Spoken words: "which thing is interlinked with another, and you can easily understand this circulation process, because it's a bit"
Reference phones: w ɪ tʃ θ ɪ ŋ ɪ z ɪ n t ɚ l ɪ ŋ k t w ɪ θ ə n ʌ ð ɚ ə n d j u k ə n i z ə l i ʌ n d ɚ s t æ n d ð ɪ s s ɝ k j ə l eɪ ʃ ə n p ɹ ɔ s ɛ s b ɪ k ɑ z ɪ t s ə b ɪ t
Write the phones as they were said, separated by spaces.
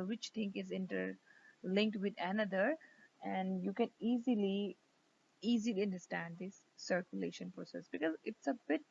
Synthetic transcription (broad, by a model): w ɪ tʃ t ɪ ŋ ɪ z ɪ n t ɚ l ɪ ŋ k t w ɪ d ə n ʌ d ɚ ə n d j u k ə n i z ə l i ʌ n d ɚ s t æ n d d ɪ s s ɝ k j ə l eɪ ʃ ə n p ɹ ɔ s ɛ s b ɪ k ɑ z ɪ t s ə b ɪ t